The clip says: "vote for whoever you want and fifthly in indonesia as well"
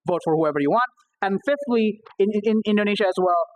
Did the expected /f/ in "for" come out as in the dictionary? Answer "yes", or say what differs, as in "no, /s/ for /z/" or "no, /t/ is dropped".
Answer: yes